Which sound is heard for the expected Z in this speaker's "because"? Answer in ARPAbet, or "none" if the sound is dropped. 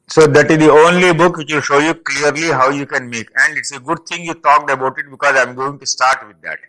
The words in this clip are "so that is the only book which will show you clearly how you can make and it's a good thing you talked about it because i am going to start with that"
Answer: Z